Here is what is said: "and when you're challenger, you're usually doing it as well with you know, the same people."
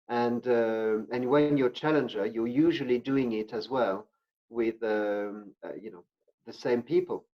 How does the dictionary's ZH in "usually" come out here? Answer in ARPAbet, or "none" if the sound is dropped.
ZH